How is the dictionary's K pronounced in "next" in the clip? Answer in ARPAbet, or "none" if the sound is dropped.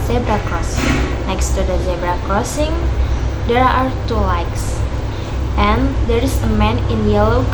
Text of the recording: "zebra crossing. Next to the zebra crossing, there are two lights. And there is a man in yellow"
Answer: K